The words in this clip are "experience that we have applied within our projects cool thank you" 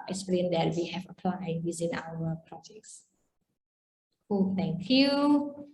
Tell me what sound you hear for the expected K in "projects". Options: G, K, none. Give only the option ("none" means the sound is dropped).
K